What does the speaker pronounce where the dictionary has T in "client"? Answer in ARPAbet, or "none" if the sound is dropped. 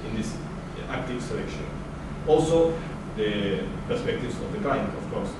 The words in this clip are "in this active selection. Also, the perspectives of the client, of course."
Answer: none